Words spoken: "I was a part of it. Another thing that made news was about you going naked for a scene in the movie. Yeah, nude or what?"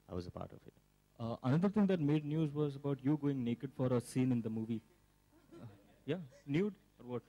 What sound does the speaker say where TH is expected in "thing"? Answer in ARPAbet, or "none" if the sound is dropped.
T